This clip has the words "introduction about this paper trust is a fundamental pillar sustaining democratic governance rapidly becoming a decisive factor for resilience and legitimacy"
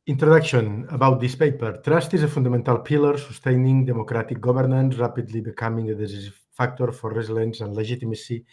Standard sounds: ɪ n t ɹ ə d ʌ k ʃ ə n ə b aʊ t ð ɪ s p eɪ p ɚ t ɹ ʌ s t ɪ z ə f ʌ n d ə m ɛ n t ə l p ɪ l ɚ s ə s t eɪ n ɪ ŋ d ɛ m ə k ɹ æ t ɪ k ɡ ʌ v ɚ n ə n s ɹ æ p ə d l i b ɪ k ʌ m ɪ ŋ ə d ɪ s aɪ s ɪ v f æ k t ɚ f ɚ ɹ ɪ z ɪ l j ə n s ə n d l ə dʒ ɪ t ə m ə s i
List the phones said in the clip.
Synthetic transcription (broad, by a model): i n t ɹ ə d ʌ k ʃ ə n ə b aʊ t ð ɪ s p eɪ p ɚ t ɹ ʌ s t ɪ z ə f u n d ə m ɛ n t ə l p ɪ l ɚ s ə s t eɪ n ɪ ŋ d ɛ m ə k ɹ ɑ t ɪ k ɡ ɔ b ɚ n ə n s ɹ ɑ p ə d l i b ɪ k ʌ m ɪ ŋ ə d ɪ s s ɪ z f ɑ k t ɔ f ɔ ɹ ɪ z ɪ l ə n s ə n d l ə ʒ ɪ t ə m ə s i